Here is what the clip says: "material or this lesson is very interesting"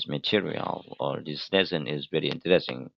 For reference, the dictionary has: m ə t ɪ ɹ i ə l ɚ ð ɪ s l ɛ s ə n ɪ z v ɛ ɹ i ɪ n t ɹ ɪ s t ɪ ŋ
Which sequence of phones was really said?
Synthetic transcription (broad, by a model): m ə t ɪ ɹ i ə l ɚ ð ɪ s n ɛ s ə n ɪ z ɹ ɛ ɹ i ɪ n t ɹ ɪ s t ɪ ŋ